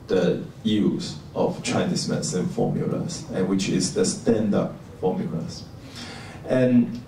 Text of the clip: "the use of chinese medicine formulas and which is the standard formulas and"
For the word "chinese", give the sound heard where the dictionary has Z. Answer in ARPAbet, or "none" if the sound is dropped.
S